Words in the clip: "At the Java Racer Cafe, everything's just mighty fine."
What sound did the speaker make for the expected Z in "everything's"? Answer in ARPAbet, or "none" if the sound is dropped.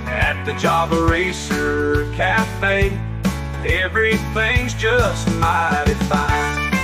Z